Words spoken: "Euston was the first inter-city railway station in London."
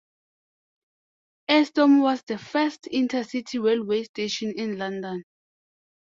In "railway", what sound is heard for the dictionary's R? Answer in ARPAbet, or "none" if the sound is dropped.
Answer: W